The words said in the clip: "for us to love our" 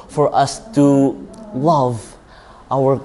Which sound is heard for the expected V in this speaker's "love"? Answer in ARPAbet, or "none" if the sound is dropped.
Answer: V